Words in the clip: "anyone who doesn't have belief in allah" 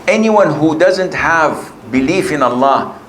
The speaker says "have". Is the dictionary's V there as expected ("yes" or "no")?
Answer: yes